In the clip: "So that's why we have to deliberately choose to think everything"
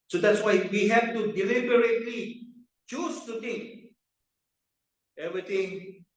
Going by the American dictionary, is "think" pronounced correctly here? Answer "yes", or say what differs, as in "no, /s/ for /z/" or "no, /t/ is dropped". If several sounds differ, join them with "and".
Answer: no, /t/ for /θ/